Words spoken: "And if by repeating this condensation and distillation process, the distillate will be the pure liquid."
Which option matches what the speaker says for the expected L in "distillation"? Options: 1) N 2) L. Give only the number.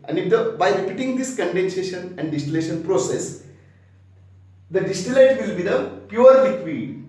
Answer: 2